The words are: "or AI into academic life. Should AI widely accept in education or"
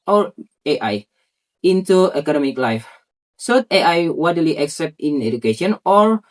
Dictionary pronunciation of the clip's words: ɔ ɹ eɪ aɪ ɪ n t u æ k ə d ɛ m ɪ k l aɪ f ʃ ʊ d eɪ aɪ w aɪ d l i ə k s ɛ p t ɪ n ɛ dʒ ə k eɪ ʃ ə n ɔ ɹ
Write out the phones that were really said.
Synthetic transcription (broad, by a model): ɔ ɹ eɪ aɪ ɪ n t u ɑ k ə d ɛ m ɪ k l aɪ f s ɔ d eɪ aɪ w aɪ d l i ə k s ɛ p t ɪ n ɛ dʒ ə k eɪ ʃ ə n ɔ ɹ